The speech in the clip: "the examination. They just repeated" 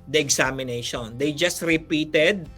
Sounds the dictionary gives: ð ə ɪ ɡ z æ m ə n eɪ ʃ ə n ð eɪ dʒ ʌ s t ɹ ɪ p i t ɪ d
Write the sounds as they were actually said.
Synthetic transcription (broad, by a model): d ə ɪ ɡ s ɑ m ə n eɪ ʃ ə n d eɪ dʒ ʌ s t ɹ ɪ p i t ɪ d